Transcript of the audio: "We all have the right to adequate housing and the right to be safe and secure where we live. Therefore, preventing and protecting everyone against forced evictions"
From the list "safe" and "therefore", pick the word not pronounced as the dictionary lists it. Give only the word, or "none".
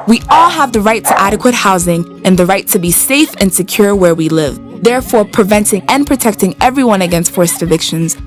none